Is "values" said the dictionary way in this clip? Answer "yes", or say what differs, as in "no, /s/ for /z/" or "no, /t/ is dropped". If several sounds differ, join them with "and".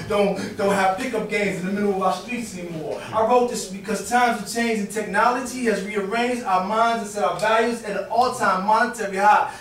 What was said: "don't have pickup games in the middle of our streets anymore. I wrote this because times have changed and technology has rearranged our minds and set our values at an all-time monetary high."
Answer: yes